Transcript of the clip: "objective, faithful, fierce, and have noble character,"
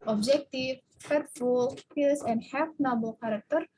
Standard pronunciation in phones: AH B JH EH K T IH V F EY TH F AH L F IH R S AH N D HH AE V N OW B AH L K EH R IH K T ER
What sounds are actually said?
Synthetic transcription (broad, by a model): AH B JH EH K T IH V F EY T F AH L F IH L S AH N D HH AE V N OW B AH L K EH R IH K T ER